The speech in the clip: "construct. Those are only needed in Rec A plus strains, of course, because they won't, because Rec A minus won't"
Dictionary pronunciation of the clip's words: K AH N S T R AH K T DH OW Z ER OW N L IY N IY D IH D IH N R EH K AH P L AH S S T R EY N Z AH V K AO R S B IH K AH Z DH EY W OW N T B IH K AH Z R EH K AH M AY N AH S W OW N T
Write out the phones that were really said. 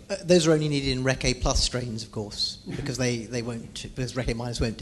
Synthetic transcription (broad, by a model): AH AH DH OW Z ER OW N L IY N IY D IH D IH N R EH K AH P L AH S S T R EY N Z AH V K AO R S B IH K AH Z DH EY W OW N T B IH K AH Z R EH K AH M AY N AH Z W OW N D